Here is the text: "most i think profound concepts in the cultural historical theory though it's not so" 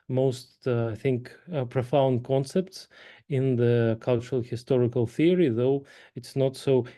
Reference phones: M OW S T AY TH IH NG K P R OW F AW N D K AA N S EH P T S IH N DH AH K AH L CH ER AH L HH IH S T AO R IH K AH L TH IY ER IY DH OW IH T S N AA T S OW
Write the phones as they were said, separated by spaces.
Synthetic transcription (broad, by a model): M OW S T AY TH IH NG K P R OW F AW N D K AA N S EH P T S IH N DH AH K AH L CH ER AH L HH IH S T AO R IH K AH L TH IY ER IY DH OW IH T S N AA T S OW